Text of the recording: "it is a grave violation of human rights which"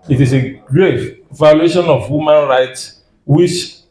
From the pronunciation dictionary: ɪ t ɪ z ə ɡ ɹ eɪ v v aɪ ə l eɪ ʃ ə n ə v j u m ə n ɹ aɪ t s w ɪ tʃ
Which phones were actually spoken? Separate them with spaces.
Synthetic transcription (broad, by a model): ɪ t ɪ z ə ɡ ɹ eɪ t v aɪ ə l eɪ ʃ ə n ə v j u m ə n ɹ aɪ t s w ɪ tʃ